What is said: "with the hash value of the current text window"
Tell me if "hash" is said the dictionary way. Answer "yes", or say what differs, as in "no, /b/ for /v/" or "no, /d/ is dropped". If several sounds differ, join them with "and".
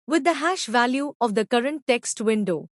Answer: yes